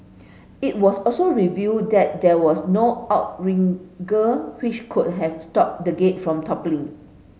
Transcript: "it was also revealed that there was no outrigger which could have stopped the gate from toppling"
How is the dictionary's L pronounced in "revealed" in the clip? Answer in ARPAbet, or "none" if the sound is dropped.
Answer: none